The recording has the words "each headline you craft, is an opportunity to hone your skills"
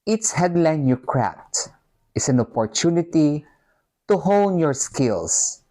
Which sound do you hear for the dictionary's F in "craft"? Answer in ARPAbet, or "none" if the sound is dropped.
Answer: P